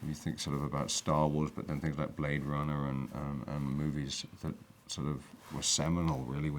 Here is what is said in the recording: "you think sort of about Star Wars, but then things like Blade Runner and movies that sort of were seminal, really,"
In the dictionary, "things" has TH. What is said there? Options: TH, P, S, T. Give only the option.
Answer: TH